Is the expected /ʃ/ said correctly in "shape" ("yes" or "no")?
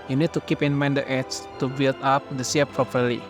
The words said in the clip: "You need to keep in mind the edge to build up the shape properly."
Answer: no